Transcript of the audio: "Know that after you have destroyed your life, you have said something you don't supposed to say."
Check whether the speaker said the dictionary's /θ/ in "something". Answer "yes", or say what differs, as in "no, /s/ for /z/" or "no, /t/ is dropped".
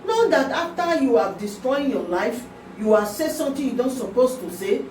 no, /t/ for /θ/